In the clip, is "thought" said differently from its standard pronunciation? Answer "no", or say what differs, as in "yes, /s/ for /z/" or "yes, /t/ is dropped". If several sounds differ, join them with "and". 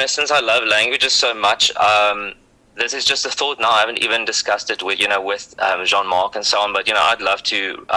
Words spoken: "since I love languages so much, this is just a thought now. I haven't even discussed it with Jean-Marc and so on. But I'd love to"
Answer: no